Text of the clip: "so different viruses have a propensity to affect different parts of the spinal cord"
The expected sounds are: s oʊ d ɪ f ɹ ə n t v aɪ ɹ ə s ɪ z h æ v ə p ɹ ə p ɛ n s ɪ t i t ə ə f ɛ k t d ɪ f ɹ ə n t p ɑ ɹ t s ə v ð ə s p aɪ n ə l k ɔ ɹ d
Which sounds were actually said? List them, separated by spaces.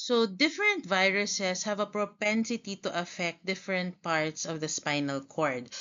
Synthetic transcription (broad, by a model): s oʊ d ɪ f ɹ ə n t v aɪ ɹ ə s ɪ s h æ v ə p ɹ ə p ɛ n s ɪ t i t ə ə f ɛ k t d ɪ f ɹ ə n t p ɑ ɹ t s ə v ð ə s p aɪ n ə l k ɔ ɹ d